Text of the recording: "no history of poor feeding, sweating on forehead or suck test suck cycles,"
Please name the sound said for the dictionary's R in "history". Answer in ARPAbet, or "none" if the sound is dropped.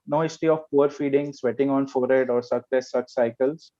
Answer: none